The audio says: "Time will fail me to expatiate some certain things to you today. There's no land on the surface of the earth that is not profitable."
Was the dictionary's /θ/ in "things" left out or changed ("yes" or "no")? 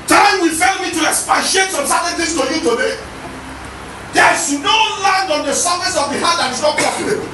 yes